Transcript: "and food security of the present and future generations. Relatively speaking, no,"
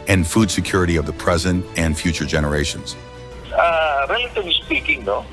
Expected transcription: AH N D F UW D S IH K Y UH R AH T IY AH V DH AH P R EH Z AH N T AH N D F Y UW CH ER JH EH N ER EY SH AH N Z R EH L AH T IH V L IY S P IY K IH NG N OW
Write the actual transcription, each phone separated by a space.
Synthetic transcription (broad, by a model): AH N F UW D S IH K Y UH R AH T IY AH V DH AH P R EH Z AH N T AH N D F Y UW CH ER JH EH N ER EY SH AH N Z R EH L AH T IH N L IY S P IY K IH NG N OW